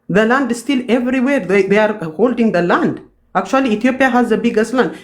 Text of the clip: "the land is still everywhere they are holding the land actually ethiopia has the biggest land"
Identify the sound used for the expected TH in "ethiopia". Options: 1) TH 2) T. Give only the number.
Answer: 2